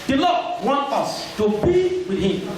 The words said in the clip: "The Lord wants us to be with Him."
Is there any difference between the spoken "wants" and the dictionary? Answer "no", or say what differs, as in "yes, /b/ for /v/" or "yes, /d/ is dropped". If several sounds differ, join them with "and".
yes, /s/ is dropped